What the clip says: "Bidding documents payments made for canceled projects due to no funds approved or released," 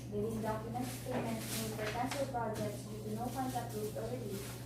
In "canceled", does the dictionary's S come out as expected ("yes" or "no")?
no